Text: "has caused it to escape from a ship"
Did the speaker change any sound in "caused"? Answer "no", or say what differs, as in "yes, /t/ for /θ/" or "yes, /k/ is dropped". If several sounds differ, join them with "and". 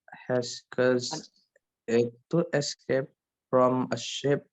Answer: yes, /d/ is dropped